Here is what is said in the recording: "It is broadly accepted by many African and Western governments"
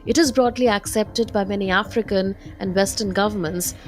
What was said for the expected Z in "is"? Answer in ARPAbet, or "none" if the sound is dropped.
Z